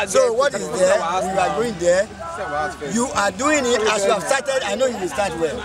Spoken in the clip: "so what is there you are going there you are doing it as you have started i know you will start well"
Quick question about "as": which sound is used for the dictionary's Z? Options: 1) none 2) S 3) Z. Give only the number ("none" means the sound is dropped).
2